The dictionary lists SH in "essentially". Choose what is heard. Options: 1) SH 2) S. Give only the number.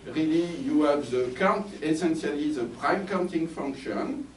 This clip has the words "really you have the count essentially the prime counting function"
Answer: 2